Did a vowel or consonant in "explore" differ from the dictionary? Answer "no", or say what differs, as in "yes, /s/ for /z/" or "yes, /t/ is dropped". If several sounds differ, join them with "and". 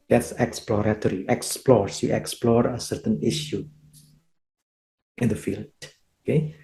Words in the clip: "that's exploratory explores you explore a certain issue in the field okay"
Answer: no